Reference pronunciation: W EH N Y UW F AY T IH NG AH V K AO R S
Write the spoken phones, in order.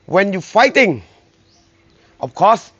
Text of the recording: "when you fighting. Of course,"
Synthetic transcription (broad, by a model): W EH N Y UW F AY T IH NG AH F K AO S